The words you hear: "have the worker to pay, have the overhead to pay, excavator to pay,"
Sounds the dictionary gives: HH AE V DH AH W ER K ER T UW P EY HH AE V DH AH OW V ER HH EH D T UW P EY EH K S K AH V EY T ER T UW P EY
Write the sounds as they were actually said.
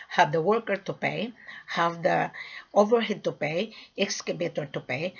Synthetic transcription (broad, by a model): HH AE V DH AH W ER K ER T UW P EY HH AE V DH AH OW V ER HH EH D T UW P EY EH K S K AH B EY T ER T UW P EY